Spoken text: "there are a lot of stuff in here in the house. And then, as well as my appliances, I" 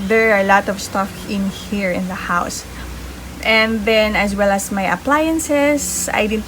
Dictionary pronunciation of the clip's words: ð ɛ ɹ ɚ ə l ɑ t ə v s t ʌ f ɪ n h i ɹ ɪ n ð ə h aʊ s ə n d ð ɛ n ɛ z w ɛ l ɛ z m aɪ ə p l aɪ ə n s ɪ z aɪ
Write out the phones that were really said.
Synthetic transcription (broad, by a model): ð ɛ ɹ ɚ ə l ɑ t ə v s t ʌ f ɪ n h i ɹ ɪ n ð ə h aʊ s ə n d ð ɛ n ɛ s w ɛ l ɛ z m aɪ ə p l aɪ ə n s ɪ s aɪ